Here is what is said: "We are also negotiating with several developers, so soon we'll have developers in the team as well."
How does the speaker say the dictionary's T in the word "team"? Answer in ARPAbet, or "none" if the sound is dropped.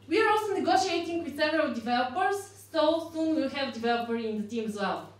T